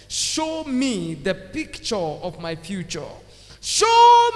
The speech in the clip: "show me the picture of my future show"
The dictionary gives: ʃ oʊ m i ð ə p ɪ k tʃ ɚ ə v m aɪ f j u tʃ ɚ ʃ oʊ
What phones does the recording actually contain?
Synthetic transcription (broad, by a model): ʃ oʊ m i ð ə p ɪ k tʃ ɚ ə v m aɪ f j u tʃ ɚ ʃ oʊ